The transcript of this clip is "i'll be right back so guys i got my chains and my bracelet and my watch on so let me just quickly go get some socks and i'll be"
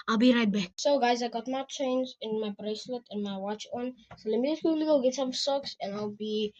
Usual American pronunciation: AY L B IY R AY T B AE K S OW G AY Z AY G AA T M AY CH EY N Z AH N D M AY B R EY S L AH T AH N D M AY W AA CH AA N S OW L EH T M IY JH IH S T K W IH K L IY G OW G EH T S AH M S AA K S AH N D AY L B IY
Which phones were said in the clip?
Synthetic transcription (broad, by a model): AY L B IY R AY T B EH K S OW G AY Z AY G AA T M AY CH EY N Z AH N M AY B R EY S L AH T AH N M AY W AA CH AA N S OW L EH M IY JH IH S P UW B L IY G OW G EH T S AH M S AA K S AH N AY L B IY